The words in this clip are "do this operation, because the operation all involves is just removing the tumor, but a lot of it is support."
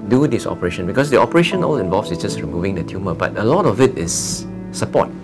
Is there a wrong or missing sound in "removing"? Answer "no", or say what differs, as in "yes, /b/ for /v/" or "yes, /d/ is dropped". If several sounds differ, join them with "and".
no